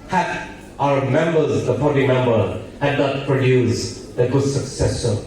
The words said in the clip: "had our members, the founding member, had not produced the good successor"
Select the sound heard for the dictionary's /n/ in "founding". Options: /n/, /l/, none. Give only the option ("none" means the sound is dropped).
none